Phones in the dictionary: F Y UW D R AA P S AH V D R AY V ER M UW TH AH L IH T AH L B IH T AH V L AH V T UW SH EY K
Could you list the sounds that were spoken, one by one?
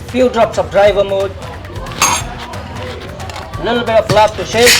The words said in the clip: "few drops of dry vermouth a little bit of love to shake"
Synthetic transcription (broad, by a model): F Y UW D R AA P S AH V D R AY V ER M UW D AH L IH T L B IH T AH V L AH P T UW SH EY